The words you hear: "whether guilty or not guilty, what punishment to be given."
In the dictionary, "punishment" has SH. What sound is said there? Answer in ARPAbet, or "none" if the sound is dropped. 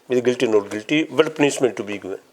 S